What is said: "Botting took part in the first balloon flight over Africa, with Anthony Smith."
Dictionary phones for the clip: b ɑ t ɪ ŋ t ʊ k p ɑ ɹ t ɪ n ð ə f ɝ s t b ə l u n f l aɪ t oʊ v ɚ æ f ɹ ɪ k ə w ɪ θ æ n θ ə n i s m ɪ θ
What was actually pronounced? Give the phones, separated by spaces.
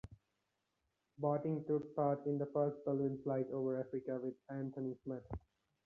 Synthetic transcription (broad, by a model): b ɑ t ɪ ŋ t ʊ k p ɑ ɹ t ɪ n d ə f ɝ s t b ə l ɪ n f l aɪ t oʊ v ɚ æ f ɹ ɪ k ə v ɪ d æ n t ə n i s m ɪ t